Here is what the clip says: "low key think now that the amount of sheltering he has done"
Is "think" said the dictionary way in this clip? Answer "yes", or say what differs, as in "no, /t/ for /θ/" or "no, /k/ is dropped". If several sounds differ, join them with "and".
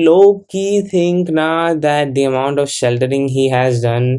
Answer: no, /t/ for /θ/